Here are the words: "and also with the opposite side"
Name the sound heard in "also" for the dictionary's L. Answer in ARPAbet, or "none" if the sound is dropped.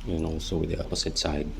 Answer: none